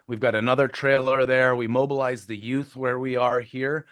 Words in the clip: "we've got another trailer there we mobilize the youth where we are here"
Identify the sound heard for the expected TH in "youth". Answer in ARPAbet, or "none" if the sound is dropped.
TH